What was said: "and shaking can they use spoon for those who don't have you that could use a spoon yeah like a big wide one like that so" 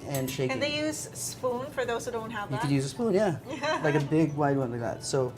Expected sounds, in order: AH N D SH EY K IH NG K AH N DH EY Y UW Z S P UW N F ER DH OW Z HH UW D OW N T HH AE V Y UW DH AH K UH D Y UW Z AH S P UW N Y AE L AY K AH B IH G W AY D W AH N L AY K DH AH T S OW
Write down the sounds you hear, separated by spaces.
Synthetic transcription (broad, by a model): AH N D SH EY IH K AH DH EY Y UW Z S P UW N F ER DH OW Z HH UW D OW N T HH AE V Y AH K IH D Y UW Z AH S P UW N Y AE L AY K AH B IH G W AY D W AH N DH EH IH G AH T S OW